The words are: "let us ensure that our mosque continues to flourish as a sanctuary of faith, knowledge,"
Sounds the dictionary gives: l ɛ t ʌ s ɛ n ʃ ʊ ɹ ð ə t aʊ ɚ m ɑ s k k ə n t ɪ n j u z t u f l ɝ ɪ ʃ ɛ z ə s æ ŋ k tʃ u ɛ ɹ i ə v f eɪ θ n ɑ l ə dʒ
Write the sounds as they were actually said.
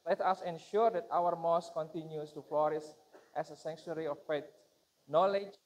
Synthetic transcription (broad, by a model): l ɛ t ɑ s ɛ n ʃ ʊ ɹ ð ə t aʊ ɚ m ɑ s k k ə n t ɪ n j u s t u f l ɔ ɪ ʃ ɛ s ə s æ ŋ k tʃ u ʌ ɹ i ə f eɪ t n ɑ l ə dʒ